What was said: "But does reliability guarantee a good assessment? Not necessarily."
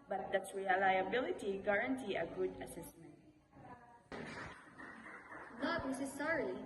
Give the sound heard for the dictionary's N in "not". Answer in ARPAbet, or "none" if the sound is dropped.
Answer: L